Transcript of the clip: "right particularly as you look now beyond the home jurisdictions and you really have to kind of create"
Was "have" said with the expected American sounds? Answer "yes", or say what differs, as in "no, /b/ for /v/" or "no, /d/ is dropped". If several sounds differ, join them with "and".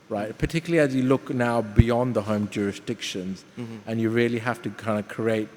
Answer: no, /f/ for /v/